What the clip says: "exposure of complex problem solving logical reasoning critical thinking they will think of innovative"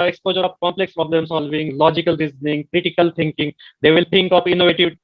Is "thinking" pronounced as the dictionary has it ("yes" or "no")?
no